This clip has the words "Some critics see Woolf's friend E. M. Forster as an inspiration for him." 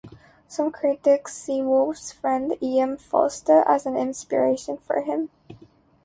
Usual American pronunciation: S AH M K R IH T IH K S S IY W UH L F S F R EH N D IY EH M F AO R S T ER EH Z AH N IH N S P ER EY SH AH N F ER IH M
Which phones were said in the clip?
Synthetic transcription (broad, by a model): S AH M K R IH T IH K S S IY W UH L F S F R EH N D IY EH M F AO L S T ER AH Z AH N IH N S P ER EY SH AH N F ER IH M